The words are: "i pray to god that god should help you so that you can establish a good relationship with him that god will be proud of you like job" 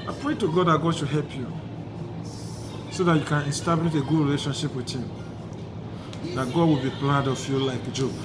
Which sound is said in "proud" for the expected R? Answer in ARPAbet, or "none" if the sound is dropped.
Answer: L